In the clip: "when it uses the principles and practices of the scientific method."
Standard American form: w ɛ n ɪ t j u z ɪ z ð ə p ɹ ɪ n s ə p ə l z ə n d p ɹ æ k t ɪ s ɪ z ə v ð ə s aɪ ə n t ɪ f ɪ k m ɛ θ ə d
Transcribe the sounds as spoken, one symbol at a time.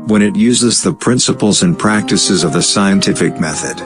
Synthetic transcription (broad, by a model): w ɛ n ɪ t j u z ɪ z ð ə p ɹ ɪ n s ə p l z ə n p ɹ æ k t ɪ s ɪ z ə v ð ə s aɪ ə n t ɪ f ɪ k m ɛ θ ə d